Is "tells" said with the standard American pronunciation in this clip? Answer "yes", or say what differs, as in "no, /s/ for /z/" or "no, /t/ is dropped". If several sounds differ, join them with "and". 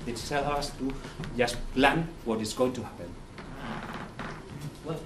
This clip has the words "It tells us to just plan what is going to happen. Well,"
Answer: no, /z/ is dropped